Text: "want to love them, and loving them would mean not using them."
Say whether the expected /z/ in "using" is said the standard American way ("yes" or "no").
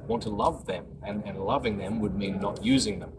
yes